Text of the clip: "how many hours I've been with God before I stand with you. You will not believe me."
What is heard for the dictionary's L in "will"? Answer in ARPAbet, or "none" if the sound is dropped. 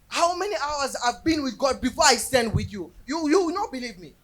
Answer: W